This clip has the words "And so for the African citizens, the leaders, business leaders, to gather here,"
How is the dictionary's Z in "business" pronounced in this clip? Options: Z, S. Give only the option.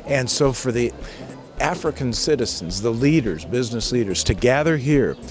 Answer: Z